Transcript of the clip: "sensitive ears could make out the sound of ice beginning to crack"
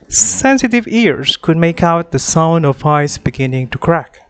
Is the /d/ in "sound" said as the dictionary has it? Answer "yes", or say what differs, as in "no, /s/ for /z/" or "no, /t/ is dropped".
yes